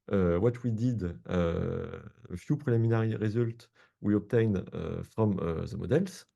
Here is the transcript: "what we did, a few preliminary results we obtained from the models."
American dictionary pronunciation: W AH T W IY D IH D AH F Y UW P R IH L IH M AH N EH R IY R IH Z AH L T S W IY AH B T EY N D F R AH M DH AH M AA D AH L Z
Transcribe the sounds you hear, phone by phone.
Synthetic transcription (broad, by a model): W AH T W IY D IH D AH F Y UW P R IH L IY M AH N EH R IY R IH Z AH L T W IY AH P T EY N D F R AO M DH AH M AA D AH L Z